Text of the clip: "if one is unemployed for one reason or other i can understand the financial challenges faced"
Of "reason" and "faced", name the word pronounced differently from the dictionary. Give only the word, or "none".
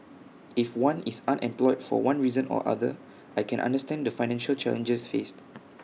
none